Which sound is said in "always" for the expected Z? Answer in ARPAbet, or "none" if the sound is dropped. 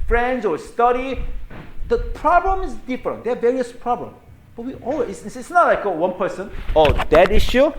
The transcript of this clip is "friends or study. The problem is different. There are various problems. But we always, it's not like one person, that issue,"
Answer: S